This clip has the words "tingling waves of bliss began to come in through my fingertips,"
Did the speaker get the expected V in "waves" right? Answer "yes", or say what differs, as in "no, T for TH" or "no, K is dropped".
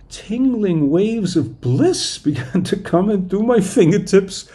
yes